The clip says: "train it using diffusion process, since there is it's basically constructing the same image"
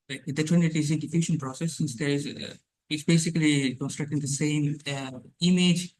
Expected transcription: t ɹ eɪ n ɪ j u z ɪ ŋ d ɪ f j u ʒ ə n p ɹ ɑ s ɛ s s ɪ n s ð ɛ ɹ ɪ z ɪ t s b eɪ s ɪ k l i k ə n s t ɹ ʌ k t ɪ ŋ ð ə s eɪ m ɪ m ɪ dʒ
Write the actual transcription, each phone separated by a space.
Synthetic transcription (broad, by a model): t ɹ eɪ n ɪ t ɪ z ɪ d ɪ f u ʃ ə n p ɹ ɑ s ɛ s s ɪ n s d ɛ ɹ ɪ z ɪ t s b eɪ s ɪ k l i k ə n s t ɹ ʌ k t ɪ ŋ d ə s eɪ m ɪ m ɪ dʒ